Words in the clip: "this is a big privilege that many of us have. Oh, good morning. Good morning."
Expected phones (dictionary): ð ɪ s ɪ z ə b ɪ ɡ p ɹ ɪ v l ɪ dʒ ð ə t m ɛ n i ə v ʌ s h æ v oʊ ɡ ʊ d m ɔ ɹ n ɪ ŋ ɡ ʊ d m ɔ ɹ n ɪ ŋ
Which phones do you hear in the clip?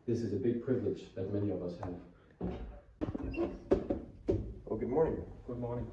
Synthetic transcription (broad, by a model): ð ɪ s ɪ z ə b ɪ ɡ p ɹ ɪ v l ɪ dʒ ð ə t m ɛ n i ə v ʌ s h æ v oʊ ɡ ʊ d m ɔ ɹ n ɪ ŋ ɡ ʊ d m ɔ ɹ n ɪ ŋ